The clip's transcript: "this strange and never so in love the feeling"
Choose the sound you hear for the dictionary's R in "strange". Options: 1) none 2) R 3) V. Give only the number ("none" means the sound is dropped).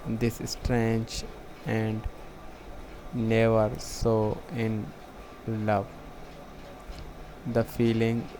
2